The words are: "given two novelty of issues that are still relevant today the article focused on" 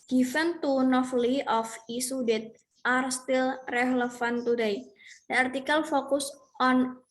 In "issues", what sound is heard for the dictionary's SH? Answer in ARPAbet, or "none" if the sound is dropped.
S